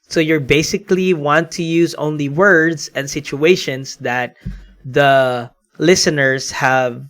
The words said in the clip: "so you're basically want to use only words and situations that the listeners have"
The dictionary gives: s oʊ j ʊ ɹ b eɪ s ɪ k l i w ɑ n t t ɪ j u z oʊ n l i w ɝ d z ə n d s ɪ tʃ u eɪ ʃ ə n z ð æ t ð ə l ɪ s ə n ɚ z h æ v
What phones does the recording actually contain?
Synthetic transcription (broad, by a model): s oʊ j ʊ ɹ b eɪ s ɪ k l i w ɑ n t t ɪ j u z oʊ n l i w ɝ d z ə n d s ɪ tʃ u eɪ ʃ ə n s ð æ t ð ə l ɪ s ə n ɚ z h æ v